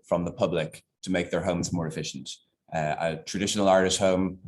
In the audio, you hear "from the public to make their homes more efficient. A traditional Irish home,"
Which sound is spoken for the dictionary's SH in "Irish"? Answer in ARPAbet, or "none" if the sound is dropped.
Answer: S